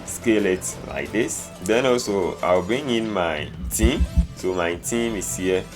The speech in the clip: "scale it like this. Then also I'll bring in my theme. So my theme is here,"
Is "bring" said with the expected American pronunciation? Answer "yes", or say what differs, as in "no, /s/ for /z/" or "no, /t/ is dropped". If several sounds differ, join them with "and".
no, /ɹ/ is dropped